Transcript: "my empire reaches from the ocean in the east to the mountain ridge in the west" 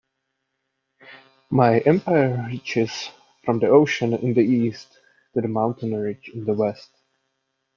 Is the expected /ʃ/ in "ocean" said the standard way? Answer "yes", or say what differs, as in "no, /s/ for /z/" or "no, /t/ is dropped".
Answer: yes